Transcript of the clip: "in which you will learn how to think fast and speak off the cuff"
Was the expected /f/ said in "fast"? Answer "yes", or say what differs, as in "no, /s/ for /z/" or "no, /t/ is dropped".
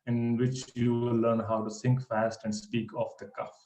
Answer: yes